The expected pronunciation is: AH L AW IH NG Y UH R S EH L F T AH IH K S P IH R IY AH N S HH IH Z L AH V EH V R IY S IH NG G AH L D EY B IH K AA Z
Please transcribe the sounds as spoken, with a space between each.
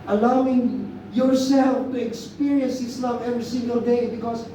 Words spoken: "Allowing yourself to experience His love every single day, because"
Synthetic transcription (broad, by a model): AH L AW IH NG Y UH R S EH L F T AH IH K S P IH R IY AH N S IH S L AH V EH V R IY S IH NG G AH L D EY B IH K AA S